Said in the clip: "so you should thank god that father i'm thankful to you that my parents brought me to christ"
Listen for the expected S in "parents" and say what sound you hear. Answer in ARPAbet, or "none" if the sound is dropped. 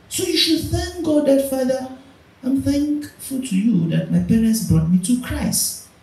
S